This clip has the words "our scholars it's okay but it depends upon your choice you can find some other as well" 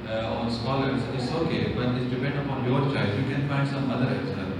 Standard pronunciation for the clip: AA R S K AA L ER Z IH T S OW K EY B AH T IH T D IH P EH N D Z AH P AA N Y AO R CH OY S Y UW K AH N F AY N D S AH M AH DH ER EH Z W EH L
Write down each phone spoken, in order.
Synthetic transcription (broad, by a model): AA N S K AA L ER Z IH T S OW K EY B AH T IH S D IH P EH N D AH P AA N Y AO R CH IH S Y UW K AH N F AY N D S AH M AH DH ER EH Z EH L